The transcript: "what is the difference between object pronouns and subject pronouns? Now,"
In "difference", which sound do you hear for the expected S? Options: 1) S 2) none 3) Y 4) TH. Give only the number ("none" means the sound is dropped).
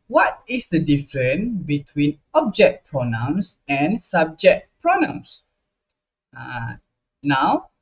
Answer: 2